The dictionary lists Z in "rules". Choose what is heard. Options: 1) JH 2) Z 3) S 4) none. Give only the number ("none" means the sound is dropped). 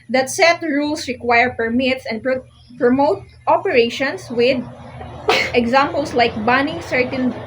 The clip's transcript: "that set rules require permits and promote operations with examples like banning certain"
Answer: 3